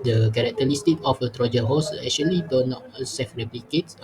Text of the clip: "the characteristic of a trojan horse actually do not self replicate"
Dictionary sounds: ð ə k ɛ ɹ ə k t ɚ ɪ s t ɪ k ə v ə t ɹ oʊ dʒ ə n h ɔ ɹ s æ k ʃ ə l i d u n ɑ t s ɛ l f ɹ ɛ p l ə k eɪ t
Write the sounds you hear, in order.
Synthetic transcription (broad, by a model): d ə k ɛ ɹ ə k t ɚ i s t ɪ k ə f ə t ɹ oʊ dʒ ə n h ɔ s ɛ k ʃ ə l i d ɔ n ɑ t s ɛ f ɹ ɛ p l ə k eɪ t